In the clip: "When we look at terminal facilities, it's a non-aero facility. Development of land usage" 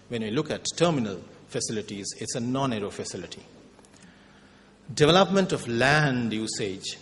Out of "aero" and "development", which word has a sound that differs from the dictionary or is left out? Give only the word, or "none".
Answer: none